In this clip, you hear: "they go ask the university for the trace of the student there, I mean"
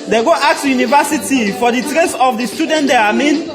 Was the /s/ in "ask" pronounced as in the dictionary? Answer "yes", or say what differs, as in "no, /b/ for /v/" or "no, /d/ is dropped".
no, /s/ is dropped